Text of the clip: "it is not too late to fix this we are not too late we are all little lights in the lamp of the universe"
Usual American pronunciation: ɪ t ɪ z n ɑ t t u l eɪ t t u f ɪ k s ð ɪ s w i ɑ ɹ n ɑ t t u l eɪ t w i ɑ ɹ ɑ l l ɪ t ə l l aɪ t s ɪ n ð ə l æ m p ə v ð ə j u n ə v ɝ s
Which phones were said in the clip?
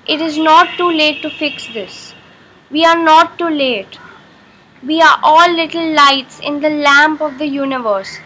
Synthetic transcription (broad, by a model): ɪ t ɪ z n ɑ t t u l eɪ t t u f ɪ k s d ɪ s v i ɑ ɹ n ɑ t t u l eɪ t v i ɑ ɹ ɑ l l ɪ t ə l l aɪ t s ɪ n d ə l æ m p ə v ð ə j u n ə v ɝ s